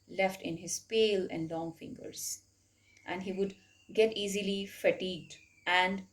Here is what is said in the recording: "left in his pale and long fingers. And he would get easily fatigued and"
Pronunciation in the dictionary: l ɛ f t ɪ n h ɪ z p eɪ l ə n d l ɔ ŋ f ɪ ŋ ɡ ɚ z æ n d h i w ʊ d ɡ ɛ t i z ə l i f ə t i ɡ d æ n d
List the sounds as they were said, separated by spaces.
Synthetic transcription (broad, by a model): l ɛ f t ɪ n h ɪ z p eɪ l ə n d l ɔ ŋ f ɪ ŋ ɡ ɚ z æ n d h i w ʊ d ɡ ɛ t i z ə l i f ə t i ɡ d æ n d